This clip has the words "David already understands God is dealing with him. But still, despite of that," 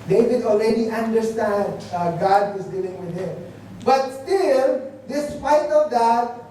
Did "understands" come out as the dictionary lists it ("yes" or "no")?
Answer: no